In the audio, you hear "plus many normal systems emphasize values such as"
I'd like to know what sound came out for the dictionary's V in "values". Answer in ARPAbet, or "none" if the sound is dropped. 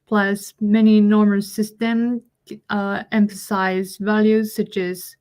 V